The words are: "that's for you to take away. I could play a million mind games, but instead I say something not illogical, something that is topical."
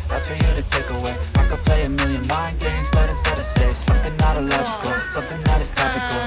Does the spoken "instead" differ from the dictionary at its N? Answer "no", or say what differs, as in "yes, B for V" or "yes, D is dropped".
yes, N is dropped